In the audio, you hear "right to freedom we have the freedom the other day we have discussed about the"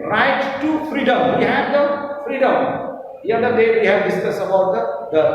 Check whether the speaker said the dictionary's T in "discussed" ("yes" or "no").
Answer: no